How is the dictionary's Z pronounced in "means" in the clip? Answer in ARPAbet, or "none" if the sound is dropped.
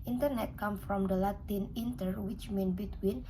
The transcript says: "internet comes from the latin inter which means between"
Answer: none